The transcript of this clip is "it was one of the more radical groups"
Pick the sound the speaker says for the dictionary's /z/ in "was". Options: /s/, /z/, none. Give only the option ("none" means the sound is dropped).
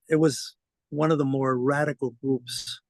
/z/